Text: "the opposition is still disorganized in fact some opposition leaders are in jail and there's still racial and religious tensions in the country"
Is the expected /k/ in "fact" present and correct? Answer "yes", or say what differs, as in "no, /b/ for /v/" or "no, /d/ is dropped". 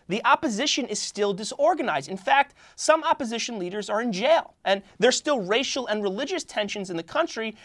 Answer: yes